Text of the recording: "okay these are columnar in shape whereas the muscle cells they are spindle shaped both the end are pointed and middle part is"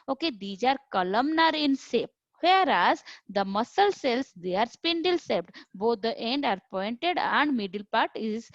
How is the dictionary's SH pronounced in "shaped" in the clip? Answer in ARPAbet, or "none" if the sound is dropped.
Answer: S